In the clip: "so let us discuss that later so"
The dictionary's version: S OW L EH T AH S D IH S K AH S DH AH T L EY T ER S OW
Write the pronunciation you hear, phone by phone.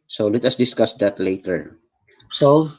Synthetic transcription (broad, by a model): S OW L EH T AH S D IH S K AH S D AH T L EY T ER S OW